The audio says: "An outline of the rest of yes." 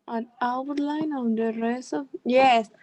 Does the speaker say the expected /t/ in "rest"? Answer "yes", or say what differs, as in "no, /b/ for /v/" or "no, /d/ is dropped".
no, /t/ is dropped